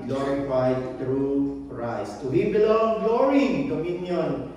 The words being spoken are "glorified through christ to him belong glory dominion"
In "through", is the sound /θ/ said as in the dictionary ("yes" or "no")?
no